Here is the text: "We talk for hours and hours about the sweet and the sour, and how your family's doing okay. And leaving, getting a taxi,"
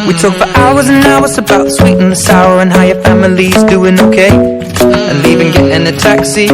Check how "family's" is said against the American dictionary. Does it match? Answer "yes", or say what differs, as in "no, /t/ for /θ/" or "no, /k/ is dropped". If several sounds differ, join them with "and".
yes